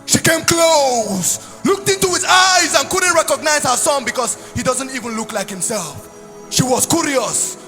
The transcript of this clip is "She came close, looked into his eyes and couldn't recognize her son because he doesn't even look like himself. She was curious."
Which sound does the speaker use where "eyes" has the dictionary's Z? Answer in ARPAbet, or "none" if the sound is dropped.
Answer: Z